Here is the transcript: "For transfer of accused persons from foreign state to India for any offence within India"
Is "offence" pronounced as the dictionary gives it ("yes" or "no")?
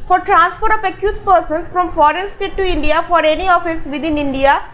no